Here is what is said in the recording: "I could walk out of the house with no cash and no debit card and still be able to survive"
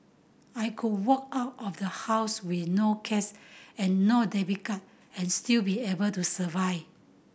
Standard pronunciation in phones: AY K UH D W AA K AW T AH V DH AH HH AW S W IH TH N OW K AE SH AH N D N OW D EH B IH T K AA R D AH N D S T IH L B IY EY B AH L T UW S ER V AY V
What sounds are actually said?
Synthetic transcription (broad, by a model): AY K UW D W AA K AW T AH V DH AH HH AW S W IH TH N OW K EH S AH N N OW D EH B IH K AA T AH N S T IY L B IY EY B AH L T UW S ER V AY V